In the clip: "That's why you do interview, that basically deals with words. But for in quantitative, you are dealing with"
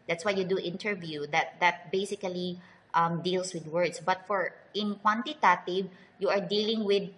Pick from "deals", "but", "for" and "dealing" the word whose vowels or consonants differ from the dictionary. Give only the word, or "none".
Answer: deals